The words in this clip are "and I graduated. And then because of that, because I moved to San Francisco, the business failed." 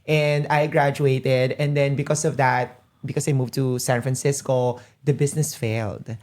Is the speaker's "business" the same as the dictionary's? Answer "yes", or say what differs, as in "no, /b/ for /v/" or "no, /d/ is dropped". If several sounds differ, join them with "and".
no, /s/ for /z/